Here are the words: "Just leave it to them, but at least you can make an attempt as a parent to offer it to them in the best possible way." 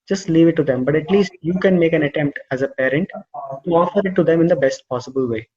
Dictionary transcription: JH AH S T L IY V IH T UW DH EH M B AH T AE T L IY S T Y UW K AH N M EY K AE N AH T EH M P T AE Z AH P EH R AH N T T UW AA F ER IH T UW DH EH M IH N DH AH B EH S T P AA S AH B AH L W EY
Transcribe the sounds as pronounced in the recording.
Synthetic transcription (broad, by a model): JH AH S T L IY V IH T UW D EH M B AH T AE T L IY S T Y UW K AH N M EY K AE N AH T EH M P T AE Z AH P EH R AH N T T UW AA F ER IH T UW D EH M IH N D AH B EH S T P AA S AH B AH L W EY